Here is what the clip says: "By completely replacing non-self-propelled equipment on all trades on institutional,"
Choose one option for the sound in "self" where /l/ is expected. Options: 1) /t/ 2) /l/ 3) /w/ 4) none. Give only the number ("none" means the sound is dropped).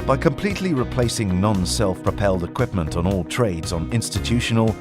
2